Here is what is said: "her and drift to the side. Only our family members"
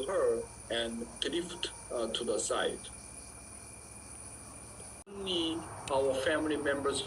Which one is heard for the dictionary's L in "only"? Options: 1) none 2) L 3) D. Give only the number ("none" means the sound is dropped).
1